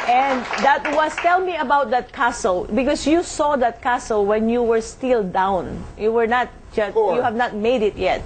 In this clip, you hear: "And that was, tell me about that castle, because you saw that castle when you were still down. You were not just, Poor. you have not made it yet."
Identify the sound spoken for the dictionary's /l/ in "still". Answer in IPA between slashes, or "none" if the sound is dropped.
/l/